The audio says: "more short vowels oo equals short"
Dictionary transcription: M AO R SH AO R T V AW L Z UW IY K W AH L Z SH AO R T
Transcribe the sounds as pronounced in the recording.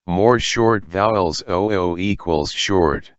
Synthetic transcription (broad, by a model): M AO R SH AO R T V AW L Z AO IY K W AH L Z SH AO R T